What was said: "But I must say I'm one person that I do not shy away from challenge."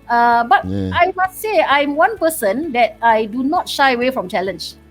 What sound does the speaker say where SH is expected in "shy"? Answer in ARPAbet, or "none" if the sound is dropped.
SH